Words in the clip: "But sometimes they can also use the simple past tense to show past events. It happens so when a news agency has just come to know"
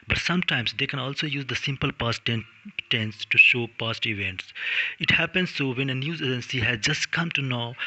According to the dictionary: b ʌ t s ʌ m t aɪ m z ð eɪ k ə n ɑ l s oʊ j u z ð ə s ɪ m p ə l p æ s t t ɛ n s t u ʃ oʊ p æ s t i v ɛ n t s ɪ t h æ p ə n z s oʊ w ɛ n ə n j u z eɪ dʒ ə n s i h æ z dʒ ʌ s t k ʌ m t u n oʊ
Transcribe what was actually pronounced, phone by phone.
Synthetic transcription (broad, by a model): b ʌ t s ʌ m t aɪ m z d eɪ k ə n ɑ l s oʊ j u z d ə s ɪ m p ə l p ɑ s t t ɛ n s t u ʃ oʊ p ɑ s t i v ɛ n t s ɪ t h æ p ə n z s oʊ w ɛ n ə n j u z eɪ dʒ ə n s i h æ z dʒ ʌ s t k ʌ m t u n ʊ